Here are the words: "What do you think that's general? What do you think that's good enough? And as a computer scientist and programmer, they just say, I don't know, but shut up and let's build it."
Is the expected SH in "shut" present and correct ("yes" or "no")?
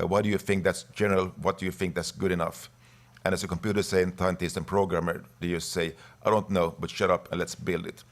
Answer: yes